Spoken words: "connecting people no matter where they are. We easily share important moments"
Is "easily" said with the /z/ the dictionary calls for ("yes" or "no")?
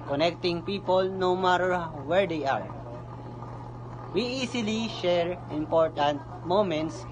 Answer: no